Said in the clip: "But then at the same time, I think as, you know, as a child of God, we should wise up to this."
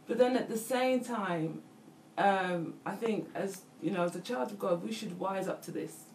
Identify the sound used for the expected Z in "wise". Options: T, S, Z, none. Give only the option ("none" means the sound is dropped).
Z